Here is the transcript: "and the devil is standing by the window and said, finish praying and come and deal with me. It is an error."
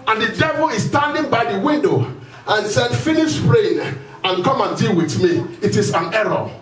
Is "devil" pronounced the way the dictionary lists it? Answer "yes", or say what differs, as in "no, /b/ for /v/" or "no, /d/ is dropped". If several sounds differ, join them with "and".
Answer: yes